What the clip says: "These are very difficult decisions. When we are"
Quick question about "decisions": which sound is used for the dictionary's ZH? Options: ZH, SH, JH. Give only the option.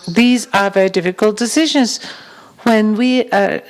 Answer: ZH